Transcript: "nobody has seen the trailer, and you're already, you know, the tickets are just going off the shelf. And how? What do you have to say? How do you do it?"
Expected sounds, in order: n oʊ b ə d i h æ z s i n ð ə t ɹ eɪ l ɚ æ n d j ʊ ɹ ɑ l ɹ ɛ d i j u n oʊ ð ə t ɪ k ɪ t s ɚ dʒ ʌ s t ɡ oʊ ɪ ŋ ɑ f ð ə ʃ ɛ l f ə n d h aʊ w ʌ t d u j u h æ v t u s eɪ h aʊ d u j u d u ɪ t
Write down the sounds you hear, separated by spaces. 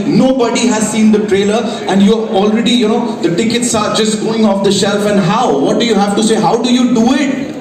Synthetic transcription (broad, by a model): n oʊ b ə d i h æ z s i n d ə t ɹ eɪ l ɚ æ n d j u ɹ ɑ l ɹ ɛ d i j u n oʊ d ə t ɪ k ɪ t s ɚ dʒ ʌ s t ɡ oʊ ɪ ŋ ɑ f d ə ʃ ɛ l f ə n d h aʊ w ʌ t d u j u h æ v t u s eɪ h aʊ d u j u d u ɪ t